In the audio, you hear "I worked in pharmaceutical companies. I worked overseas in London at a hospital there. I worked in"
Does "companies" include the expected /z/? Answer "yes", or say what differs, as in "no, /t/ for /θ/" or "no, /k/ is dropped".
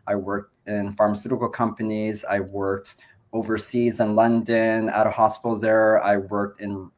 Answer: yes